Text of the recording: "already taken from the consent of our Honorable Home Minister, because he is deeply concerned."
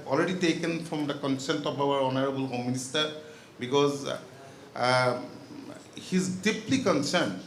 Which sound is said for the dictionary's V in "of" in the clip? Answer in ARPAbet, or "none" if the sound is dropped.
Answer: B